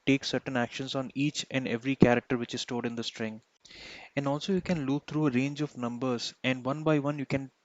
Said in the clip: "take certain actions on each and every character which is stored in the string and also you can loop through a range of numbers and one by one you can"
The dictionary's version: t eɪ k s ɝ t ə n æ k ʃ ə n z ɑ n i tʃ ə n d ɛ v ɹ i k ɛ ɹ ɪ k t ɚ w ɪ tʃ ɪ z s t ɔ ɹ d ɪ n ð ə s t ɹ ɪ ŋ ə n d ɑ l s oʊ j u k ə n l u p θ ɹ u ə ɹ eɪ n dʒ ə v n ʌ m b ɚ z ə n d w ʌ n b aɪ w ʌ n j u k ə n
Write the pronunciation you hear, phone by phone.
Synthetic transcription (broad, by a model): t eɪ k s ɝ t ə n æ k ʃ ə n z ɑ n i tʃ ə n d ɛ v ɹ i k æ ɹ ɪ k t ɚ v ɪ tʃ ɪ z s t ɔ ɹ d ɪ n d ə s t ɹ ɪ ŋ ə n d ɑ l s oʊ j u k ə n l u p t ɹ u ə ɹ eɪ n dʒ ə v n ʌ m b ɚ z ə n d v ʌ n b aɪ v ʌ n j u k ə n